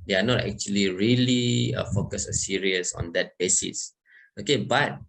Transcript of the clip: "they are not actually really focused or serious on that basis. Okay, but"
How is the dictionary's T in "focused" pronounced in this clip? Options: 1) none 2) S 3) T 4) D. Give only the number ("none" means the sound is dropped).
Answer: 1